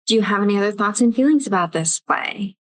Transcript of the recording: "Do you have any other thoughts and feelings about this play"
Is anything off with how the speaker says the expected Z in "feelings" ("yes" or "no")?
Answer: no